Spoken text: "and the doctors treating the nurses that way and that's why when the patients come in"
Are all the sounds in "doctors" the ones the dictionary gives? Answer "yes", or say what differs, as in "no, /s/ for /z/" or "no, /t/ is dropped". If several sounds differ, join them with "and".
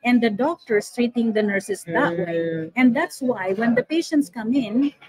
no, /s/ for /z/